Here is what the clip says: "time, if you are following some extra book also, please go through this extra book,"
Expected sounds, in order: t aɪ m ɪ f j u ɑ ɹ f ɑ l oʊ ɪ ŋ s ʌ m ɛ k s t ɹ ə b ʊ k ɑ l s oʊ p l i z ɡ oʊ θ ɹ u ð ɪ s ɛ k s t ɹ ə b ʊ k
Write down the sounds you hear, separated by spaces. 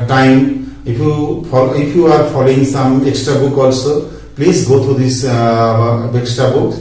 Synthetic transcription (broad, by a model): t aɪ m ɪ p j u ɑ ɹ p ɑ l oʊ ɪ ŋ s ʌ m ɛ k s t ɹ ə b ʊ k ɑ l s oʊ p l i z ɡ oʊ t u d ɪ s ɛ k s t ɹ ə b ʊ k